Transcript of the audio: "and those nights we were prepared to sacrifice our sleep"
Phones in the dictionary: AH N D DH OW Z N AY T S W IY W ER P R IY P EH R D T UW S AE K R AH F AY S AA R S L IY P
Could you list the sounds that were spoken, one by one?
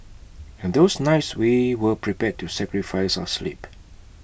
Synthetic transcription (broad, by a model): AH N D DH OW S N AY T S W IY W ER P R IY P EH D T UW S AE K R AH F AY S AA S L IY P